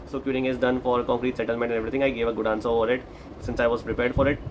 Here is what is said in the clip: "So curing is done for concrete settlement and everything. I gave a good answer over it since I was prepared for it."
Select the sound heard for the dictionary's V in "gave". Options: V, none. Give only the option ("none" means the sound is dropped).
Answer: V